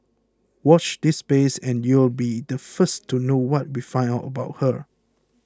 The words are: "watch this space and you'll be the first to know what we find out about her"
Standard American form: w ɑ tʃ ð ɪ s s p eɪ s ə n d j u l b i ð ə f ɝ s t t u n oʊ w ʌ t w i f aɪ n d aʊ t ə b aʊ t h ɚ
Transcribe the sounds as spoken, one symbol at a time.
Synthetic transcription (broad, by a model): w ɑ tʃ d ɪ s s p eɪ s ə n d j u l b i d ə f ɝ s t t u n oʊ w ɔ t w i f aɪ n aʊ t ə b aʊ t h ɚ